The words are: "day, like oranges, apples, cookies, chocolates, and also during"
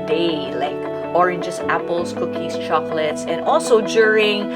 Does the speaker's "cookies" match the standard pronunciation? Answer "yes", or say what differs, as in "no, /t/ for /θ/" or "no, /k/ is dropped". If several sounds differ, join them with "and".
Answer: no, /s/ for /z/